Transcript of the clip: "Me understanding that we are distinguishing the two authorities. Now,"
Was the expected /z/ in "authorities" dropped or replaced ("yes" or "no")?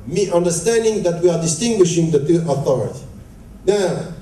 yes